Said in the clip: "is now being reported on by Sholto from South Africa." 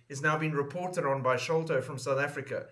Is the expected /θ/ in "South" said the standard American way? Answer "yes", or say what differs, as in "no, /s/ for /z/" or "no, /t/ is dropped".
yes